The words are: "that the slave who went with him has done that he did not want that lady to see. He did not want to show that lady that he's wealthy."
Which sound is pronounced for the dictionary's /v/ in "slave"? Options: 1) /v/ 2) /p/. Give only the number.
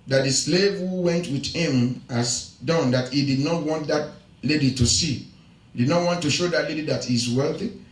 1